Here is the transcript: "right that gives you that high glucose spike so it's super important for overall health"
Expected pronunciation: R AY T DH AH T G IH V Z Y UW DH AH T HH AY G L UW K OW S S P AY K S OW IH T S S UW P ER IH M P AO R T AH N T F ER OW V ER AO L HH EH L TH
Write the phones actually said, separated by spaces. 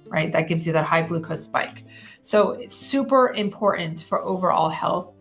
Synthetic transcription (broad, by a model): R AY T DH AH T G IH V Z Y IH DH AH T HH AY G L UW K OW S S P AY K S OW IH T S S UW P ER IH M P AO R T N T F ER OW V ER AO L HH EH L TH